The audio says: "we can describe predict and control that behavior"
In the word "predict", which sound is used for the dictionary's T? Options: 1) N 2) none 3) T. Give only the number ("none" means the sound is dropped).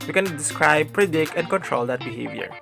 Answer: 2